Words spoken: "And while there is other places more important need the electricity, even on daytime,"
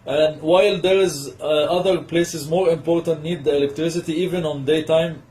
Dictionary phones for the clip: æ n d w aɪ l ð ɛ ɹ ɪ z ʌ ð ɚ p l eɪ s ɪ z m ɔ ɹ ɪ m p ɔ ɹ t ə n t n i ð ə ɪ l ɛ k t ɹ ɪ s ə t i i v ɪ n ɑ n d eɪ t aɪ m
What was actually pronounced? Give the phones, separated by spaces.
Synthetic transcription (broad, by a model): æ n d w aɪ l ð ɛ ɹ ɪ z ʌ ð ɚ p l eɪ s ɪ z m ɔ ɹ ɪ m p ɔ ɹ t ə n t n i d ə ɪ l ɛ k t ɹ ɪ s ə t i i v ɪ n ɑ n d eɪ t aɪ m